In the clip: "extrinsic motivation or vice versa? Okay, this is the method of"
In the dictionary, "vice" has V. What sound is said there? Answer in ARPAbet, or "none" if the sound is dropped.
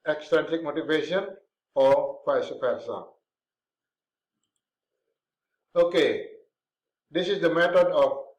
P